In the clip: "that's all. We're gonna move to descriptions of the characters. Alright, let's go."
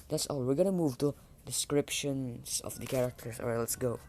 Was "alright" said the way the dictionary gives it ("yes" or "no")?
no